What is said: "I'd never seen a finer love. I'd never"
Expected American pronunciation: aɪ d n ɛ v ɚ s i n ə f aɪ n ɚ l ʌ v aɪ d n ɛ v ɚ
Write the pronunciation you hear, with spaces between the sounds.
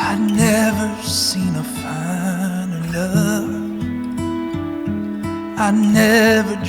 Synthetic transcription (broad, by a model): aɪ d n ɛ v ɚ s i n ə f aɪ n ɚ n ʌ f aɪ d n ɛ v ɚ